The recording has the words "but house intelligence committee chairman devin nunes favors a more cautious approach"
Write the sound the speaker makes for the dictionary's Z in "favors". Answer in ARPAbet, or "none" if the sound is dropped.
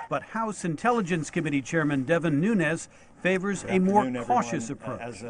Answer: Z